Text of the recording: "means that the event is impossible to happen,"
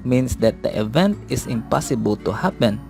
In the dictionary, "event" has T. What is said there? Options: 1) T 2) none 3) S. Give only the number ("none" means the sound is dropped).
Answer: 1